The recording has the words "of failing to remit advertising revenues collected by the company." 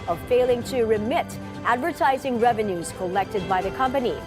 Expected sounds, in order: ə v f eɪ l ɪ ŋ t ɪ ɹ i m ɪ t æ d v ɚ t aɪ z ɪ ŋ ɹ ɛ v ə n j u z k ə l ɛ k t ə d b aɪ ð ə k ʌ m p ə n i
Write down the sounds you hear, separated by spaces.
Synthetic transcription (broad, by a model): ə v f eɪ l ɪ ŋ t ɪ ɹ i m ɪ t æ d v ɚ t aɪ z ɪ ŋ ɹ ɛ v ə n j u z k ə l ɛ k t ə d b aɪ ð ə k ʌ m p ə n i